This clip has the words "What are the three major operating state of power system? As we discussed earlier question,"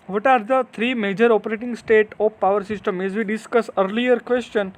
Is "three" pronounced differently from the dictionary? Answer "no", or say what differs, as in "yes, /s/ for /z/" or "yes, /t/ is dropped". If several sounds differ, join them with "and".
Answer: yes, /t/ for /θ/